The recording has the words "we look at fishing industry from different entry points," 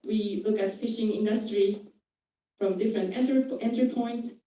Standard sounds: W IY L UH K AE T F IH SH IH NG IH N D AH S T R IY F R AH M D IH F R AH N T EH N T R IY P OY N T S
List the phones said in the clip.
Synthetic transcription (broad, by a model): W IY L UH K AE T F IH SH IH NG IH N D AH S T R IY F R AH M D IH F R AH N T EH N T R IY P OY N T S